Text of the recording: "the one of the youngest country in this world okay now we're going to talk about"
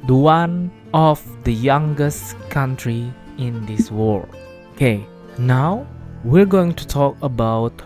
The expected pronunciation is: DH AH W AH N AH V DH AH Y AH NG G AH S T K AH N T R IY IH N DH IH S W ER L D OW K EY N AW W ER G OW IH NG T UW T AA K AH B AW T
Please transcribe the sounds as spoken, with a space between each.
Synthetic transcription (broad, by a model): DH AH W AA N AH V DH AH Y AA NG G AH S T K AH N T R IY IH N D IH S W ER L OW K EY N AW W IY G OW IH NG T UW T AA K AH B AW T